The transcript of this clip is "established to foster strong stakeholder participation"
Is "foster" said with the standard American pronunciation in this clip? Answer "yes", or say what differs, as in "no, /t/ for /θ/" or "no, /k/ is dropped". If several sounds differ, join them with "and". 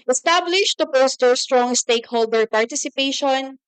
no, /p/ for /f/